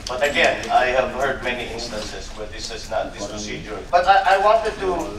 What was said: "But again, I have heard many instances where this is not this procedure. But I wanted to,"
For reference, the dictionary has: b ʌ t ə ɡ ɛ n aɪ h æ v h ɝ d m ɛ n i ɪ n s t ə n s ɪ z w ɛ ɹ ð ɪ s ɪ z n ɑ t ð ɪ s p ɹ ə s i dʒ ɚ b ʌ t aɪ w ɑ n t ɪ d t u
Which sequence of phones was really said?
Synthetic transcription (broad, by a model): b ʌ t ə ɡ ɛ n aɪ h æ v h ɝ d m ɛ n i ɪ n s t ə n s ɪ s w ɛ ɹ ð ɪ s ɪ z n ɑ t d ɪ s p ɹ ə s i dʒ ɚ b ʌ t aɪ w ɑ n t ɪ d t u